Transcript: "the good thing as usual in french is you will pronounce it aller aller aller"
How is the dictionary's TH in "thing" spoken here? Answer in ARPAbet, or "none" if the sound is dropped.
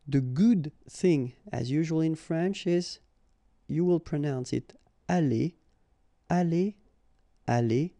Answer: TH